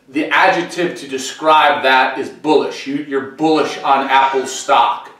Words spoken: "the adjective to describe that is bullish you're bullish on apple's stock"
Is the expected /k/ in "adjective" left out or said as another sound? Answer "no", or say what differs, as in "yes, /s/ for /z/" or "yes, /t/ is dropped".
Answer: no